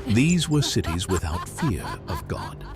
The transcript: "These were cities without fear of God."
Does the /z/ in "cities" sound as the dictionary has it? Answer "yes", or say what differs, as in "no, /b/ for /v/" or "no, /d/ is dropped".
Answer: yes